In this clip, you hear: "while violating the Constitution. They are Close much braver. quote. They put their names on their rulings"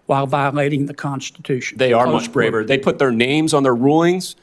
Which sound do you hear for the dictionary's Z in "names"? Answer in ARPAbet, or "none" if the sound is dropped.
Z